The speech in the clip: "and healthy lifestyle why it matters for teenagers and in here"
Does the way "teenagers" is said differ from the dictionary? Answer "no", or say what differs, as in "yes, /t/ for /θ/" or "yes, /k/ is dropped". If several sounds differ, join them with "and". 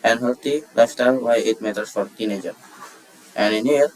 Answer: yes, /z/ is dropped